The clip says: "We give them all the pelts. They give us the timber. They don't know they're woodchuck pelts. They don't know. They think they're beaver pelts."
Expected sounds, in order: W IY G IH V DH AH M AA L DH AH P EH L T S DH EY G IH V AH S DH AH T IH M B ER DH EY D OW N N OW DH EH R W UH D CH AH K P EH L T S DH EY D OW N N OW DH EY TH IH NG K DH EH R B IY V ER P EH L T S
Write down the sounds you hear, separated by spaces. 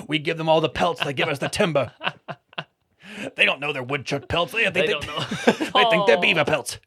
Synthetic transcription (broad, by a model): W IY G IH V DH AH M AA L DH AH P EH L T S DH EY G IH V AH S DH AH T IH M B ER DH EY D OW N N OW DH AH R W UH D CH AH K P EH L T S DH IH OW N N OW DH EY TH IH NG K DH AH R B IY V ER P EH L T S